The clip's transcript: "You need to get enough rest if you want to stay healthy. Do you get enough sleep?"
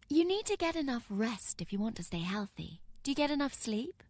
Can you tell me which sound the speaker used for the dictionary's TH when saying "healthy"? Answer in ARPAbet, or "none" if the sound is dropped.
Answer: TH